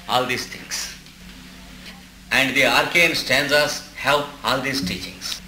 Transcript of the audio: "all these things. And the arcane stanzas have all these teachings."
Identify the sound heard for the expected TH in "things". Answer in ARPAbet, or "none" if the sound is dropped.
T